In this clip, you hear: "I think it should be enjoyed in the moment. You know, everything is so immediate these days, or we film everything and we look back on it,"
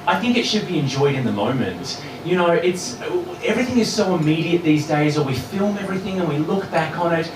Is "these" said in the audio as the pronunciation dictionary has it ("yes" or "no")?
yes